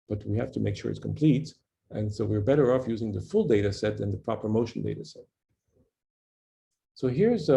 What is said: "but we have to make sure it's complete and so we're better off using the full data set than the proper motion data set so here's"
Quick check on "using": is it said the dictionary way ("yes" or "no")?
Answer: yes